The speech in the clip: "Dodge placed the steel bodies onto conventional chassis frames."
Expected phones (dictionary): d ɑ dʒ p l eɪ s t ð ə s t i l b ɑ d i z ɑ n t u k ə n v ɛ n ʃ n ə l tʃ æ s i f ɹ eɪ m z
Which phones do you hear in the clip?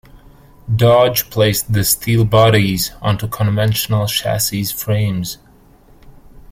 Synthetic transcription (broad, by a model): d ɑ dʒ p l eɪ s ð ə s t i l b ɑ d i z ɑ n t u k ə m v ɛ n ʃ n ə l ʃ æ s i f ɹ eɪ m z